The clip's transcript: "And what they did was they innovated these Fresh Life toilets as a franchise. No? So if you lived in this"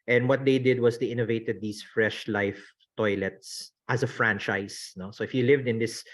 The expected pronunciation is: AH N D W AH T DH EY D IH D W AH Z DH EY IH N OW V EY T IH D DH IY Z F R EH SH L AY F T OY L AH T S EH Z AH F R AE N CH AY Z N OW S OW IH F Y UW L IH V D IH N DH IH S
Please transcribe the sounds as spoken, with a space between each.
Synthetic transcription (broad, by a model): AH N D W AH T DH EY D IH D W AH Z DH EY IH N OW V EY T IH D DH IY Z F R EH SH L AY F T OY L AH T S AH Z AH F R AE N CH AY S N OW S OW IH F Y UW L IH V D IH N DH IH S